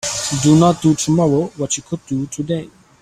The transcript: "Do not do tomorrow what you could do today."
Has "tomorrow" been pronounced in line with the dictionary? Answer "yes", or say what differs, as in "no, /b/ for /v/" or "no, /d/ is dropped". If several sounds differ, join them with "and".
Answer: no, /w/ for /ɹ/